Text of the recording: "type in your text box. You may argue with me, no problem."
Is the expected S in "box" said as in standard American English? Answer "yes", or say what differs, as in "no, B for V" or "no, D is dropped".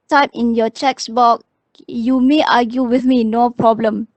no, S is dropped